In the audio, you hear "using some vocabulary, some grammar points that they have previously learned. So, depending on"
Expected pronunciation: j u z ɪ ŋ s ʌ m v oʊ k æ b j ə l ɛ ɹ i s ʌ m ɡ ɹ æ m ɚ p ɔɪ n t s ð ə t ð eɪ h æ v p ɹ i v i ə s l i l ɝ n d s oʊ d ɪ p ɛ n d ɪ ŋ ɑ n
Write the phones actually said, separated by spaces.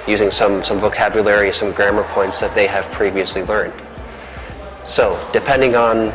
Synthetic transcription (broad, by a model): j u z ɪ ŋ s ʌ m v oʊ k æ b j ə l ɛ ɹ i s ʌ m ɡ ɹ æ m ɚ p ɔɪ n t s ð ə t ð eɪ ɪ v p ɹ i v i ə s l i l ɝ n d s oʊ d ɪ p ɛ n d ɪ ŋ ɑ n